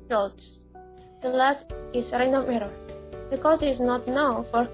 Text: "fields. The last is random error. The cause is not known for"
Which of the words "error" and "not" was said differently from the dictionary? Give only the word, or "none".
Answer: none